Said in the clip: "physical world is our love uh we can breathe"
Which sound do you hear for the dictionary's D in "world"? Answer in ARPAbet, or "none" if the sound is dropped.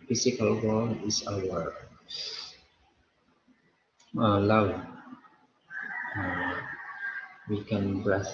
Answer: none